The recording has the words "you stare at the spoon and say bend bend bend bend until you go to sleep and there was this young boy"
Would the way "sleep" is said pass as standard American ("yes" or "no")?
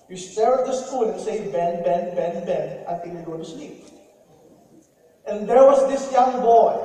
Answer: no